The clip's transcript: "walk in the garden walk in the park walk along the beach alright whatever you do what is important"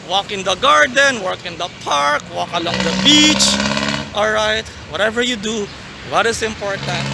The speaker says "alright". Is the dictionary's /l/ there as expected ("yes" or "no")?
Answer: yes